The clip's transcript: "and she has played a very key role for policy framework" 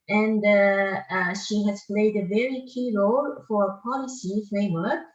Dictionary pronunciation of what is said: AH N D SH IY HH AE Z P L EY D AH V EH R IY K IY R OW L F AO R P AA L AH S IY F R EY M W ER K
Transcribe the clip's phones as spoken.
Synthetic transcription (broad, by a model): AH N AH SH IY HH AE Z P L EY D AH V EH R IY K IY R OW L F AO R P AA L AH S IY F R EY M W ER K